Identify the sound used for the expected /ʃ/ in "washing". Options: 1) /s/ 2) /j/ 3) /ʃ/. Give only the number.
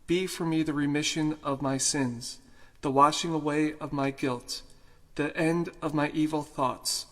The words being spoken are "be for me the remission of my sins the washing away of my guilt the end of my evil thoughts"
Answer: 3